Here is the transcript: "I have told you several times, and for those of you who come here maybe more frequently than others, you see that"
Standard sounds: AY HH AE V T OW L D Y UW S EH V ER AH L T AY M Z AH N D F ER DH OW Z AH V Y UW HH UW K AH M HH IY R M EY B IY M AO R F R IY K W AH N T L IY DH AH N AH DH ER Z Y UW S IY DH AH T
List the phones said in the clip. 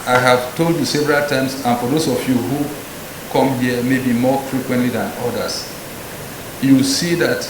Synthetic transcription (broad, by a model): AY HH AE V T OW L D Y UW S EH V ER AH L T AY M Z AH N F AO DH OW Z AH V Y UW HH UW K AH M HH IY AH M EY B IY M AO F R IY K W AH N T L IY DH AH N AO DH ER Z Y UW S IY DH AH T